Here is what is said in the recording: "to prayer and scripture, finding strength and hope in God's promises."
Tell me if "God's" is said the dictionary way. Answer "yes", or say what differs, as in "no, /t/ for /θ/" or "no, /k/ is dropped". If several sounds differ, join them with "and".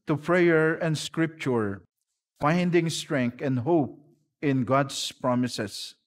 no, /s/ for /z/